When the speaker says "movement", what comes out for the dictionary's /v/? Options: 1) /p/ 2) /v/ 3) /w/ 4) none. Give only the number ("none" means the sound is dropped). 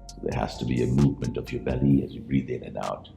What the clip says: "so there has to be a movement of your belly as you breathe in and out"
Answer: 2